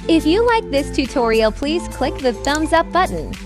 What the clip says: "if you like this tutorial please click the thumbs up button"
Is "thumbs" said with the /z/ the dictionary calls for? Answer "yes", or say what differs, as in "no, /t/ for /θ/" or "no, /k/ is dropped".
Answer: yes